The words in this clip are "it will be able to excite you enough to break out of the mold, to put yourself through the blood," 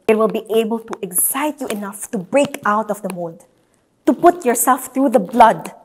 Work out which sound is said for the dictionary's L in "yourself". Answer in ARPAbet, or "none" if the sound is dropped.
L